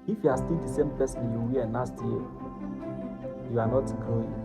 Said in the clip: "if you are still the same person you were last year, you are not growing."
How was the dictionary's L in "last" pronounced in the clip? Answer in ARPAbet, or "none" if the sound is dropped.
N